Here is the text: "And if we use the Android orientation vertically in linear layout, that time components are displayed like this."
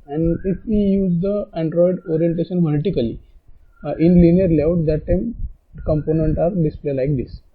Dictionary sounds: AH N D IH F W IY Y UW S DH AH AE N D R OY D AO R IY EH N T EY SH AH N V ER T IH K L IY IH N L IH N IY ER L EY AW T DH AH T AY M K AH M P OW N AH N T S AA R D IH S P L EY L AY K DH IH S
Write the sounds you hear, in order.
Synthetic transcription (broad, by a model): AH N D IH F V IY Y UW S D AH AE N D R OY D AO R IY EH N T EY SH AH N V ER T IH K L IY IH N L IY N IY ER L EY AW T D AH T AY M K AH M P OW N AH N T AA R D IH S P L EY L AY K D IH S